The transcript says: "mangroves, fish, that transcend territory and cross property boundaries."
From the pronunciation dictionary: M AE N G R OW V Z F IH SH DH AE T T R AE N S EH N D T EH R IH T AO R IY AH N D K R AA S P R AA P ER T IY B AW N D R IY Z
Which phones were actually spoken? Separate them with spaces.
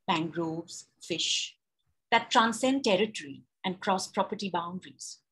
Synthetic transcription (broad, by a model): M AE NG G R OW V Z F IH SH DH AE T T R AE N S EH N D T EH R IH T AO R IY AH N D K R AA S P R AA P ER T IY B AW N D R IY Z